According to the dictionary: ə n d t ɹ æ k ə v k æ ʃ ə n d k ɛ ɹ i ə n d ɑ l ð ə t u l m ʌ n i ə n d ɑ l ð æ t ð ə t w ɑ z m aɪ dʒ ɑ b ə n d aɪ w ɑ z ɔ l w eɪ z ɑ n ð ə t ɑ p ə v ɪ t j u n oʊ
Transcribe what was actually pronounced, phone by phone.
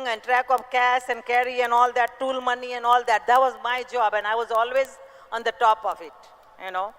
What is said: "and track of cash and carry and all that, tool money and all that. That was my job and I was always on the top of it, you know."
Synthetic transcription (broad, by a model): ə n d t ɹ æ k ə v k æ s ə n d k ɛ ɹ i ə n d ɑ l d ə t u l m ʌ n i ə n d ɑ l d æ t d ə t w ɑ z m aɪ dʒ ɑ b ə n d aɪ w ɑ z ɔ l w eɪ z ɑ n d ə t ɑ p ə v ɪ t j u n oʊ